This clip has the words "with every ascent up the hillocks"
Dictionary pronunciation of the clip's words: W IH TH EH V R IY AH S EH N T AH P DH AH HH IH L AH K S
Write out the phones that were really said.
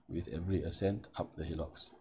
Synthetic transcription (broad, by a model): W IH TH EH V R IY AH S EH N T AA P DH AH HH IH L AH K S